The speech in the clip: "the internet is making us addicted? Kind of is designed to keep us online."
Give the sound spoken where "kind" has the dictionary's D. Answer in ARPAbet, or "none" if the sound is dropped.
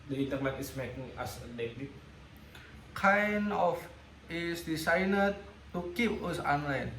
none